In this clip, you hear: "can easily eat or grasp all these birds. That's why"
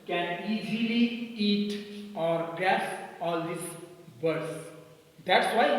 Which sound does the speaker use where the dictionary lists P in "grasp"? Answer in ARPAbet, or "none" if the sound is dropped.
none